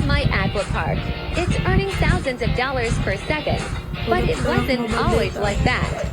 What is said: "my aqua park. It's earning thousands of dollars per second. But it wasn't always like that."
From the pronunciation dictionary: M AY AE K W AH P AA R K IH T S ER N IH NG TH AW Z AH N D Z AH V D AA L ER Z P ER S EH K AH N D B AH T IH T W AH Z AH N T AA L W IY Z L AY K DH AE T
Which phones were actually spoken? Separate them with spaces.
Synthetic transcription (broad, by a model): M AY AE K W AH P AA R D IH T S ER N IH NG TH AW Z AH N D Z AH V D AA L ER Z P ER S EH K AH N D B AH T IH T W AH Z AH N T AA L W IY Z L AY K DH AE T